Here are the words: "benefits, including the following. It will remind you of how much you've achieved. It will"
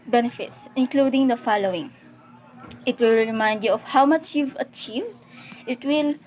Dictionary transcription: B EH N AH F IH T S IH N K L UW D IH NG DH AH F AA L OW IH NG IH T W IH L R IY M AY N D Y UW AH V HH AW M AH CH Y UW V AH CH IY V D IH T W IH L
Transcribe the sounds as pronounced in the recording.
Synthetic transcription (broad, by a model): B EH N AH F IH T S IH N K L UW D IH NG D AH F AA L OW IH NG IH T W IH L R IY M AY N D Y UW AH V HH AW M AH CH Y UW V AH CH IY V D IH T W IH L